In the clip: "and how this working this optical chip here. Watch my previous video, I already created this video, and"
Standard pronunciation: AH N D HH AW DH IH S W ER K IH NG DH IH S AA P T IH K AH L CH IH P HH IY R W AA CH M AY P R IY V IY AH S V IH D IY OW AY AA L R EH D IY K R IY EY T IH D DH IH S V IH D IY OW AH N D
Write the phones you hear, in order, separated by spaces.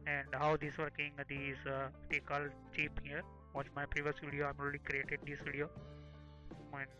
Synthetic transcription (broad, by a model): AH N D HH AW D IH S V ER K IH NG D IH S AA T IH K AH L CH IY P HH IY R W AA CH M AY P R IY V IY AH S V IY D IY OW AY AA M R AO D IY K R IY EY T IH D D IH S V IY D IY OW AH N